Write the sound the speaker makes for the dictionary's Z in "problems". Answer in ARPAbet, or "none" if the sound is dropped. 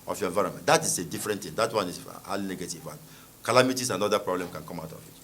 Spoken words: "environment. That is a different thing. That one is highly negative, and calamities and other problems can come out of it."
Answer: none